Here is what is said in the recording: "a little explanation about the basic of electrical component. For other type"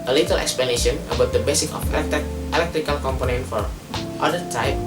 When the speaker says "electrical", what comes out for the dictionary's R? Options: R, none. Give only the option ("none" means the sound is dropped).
R